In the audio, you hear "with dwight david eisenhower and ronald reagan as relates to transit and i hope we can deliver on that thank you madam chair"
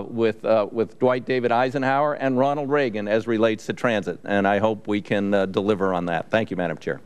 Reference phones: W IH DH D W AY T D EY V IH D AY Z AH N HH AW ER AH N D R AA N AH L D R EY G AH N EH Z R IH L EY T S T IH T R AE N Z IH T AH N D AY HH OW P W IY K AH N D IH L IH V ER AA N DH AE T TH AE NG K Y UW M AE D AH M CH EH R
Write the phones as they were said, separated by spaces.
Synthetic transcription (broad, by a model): W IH DH D W AY T D EY V IH D AY Z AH N HH AW ER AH N R AA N L D R EY G AH N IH Z R IH L EY T S T IH T R AE N Z IH T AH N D AY HH OW P W IY K AH N D IH L IH V ER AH N DH AE T TH AE NG K Y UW M AE D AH M CH EH R